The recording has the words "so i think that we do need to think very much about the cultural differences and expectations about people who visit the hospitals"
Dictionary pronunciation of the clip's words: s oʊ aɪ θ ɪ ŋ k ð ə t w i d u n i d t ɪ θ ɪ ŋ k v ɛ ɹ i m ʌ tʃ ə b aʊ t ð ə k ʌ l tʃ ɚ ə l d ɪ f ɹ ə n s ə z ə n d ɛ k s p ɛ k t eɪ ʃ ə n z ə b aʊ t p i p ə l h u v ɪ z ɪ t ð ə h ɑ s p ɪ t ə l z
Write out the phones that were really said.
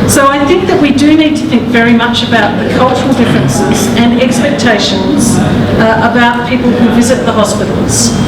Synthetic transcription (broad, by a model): s oʊ aɪ θ ɪ ŋ k ð ə t w i d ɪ n i d t ɪ θ ɪ ŋ k v ɛ ɹ i m ʌ tʃ ə b aʊ t ð ə k ʌ l tʃ ɚ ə l d ɪ f ɹ ə n s ə z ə n ɛ k s p ɛ k t eɪ ʃ ə n z ə b aʊ t p i p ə l h u v ɪ z ɪ t ð ə h ɑ s p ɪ t l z